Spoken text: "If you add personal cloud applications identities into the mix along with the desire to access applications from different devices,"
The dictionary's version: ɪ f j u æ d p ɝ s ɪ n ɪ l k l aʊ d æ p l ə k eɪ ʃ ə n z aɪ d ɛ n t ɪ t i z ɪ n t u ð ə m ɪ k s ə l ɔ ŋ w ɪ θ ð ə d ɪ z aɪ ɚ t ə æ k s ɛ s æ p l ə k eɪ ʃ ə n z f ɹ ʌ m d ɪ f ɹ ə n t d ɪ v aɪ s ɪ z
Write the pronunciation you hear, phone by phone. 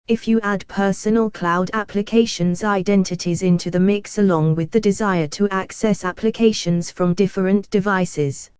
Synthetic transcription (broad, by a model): ɪ f j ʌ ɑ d p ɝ s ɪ n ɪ l k l aʊ d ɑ p l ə k eɪ ʃ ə n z aɪ d ɛ n t ɪ t i z ɪ n t u ð ə m ɪ k s ə l ɔ ŋ w ɪ ð ə d ɪ z aɪ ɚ t ə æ k s ɛ s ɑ p l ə k eɪ ʃ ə n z f ɹ ʌ m d ɪ f ɹ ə n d ɪ v aɪ s ɪ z